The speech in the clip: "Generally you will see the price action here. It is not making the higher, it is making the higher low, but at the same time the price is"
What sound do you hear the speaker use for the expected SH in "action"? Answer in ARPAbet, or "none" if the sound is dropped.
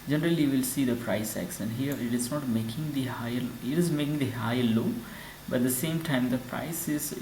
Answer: S